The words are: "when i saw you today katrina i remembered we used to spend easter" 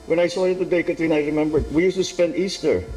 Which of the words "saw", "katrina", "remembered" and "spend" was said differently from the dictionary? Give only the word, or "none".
katrina